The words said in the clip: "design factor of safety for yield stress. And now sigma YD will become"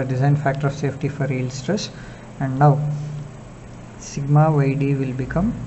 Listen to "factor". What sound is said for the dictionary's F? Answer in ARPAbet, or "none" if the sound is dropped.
F